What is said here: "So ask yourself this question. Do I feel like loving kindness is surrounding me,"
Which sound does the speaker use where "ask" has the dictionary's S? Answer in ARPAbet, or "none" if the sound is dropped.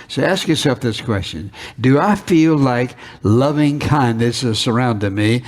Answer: S